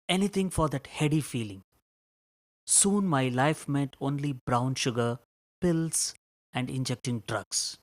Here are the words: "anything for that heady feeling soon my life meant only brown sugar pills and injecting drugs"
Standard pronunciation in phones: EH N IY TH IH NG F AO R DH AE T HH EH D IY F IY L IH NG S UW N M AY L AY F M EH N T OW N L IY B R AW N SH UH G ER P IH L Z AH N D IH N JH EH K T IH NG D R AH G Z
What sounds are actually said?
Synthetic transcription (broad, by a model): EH N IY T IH NG F AO R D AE T HH EH D IY F IY L IH NG S UW N M AY L AY F M EH N T OW N L IY B R AW N SH UH G ER P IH L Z AH N D IH N JH EH K T IH NG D R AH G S